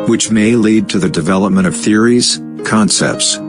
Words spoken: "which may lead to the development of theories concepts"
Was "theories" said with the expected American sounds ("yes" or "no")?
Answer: yes